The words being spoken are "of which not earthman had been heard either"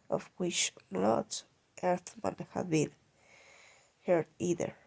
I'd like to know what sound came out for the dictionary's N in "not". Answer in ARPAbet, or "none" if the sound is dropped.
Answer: L